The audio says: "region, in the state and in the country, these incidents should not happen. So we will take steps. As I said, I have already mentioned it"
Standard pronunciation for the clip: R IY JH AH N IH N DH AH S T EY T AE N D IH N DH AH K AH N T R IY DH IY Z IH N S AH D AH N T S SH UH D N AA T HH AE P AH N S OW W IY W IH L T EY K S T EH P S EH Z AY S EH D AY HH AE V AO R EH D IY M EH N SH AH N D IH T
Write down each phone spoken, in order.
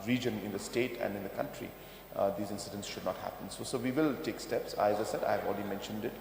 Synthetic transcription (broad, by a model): R IY JH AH N IH N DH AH S T EY T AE N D IH N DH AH K AH N T R IY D IY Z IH N S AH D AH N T S SH UH D N AA T HH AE P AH N S OW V IY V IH L T EY K S T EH P S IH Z AY S EH D AY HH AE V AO L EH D IY M EH N SH AH N D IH T